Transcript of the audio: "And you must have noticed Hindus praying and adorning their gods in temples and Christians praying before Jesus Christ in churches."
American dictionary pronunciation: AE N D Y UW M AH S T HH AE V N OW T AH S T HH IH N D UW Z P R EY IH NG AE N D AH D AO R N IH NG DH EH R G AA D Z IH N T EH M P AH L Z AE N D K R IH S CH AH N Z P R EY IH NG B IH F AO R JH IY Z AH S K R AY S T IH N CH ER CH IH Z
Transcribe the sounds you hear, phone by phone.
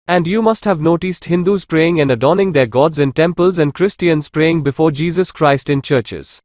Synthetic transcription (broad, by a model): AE N D Y UW M AH S T HH AE V N OW T AH S T HH IH N D UW Z P R EY IH NG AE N D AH D AO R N IH NG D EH R G AA D Z IH N T EH M P AH L Z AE N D K R IH S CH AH N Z P R EY IH NG B IH F AO R JH IY Z AH S K R AY S T IH N CH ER CH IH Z